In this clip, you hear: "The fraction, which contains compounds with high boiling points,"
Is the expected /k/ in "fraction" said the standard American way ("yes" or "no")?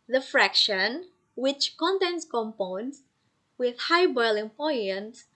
yes